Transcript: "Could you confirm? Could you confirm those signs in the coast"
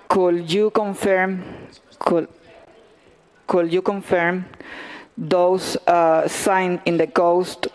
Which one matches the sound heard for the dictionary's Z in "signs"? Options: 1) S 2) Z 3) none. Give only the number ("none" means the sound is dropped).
3